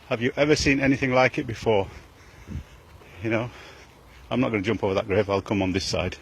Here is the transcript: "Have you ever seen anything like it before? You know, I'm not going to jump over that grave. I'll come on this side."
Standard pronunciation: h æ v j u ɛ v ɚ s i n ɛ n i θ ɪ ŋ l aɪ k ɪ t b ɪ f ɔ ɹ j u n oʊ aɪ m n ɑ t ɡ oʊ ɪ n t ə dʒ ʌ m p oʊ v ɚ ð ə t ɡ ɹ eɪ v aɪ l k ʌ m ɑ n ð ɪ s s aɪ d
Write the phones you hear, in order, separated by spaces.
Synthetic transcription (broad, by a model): h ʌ v j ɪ ɛ v ɚ s i n ɛ n i θ ɪ ŋ l aɪ k ɪ t b ɪ f ɔ ɹ j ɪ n oʊ aɪ m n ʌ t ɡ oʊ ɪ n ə dʒ ʌ m p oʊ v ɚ ð ə t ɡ ɹ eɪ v aɪ l k ʌ m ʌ n ð ɪ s s aɪ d